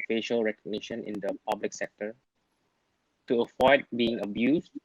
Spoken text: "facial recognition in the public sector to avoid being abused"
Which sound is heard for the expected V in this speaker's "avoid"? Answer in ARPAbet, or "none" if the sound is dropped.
F